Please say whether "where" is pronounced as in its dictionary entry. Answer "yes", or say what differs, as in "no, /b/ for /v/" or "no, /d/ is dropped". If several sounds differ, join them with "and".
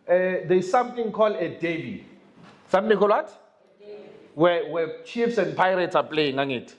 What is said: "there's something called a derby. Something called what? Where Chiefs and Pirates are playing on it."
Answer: no, /w/ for /ɹ/